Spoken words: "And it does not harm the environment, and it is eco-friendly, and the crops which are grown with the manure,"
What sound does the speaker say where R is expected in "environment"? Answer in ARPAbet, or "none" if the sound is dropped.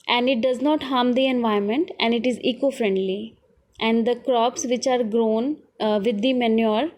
none